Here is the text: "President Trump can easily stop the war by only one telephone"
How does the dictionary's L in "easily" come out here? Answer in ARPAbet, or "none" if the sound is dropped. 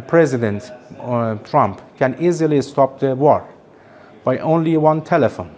L